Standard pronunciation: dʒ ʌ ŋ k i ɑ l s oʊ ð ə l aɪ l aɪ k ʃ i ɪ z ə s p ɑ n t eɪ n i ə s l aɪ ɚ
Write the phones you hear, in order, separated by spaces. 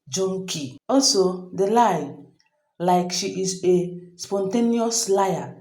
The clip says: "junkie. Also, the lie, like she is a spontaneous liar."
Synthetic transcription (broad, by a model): dʒ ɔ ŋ k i ɑ l s oʊ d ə l aɪ l aɪ k ʃ i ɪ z ə s p ɑ n t eɪ n i ə s l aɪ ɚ